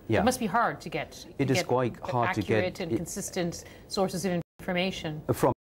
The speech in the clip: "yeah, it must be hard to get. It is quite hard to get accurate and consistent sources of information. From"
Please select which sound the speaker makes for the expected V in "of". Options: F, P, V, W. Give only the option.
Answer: V